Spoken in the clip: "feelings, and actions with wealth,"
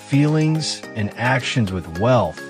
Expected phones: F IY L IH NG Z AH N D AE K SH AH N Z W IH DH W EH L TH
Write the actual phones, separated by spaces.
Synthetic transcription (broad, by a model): F IY L IH NG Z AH N AE K SH AH N Z W IH DH W EH L TH